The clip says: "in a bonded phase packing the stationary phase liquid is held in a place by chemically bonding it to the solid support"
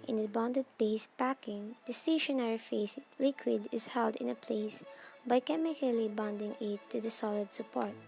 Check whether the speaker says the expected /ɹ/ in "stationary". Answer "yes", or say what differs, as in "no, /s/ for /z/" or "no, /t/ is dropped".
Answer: yes